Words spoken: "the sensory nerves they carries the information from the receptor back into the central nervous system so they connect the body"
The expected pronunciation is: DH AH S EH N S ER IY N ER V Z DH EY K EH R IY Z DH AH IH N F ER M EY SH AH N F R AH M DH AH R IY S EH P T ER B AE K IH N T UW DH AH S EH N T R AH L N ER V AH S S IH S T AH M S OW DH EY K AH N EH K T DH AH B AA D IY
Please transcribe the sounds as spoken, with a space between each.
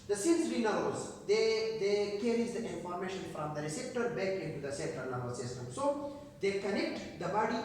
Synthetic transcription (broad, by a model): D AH S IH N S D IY N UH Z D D EY K EH R IY Z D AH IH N F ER M EY SH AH N F R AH M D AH R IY S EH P T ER B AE K IH N T UW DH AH S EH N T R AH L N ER B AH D S IH S T AH M S OW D EY K AH N EH K T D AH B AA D IY